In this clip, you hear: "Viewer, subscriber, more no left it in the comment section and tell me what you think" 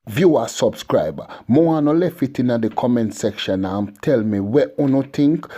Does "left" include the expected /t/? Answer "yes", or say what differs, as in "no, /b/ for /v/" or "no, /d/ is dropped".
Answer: no, /t/ is dropped